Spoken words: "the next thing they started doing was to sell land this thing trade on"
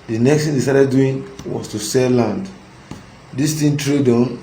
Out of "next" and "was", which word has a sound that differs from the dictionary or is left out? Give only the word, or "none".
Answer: was